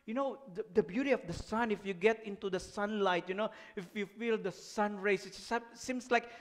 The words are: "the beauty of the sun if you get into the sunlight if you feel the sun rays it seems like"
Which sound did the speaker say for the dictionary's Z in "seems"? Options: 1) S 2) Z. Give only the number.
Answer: 1